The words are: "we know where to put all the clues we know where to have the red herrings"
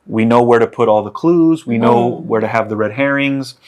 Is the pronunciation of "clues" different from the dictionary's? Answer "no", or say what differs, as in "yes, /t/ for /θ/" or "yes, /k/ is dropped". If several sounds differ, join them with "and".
no